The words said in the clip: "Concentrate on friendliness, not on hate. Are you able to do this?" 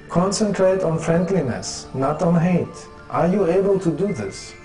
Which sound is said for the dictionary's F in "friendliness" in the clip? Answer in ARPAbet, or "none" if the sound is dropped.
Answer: F